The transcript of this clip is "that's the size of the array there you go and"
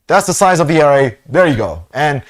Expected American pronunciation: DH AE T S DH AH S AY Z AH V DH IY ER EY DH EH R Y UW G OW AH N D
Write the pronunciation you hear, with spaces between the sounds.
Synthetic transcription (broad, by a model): DH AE T S DH AH S AY Z AH V DH IY ER EY DH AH R Y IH G OW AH N